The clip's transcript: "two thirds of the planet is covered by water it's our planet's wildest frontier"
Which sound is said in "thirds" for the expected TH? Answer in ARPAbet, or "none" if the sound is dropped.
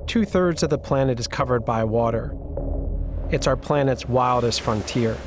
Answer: TH